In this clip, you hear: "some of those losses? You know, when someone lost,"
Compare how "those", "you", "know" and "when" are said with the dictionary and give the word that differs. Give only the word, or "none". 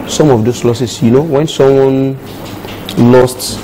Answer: those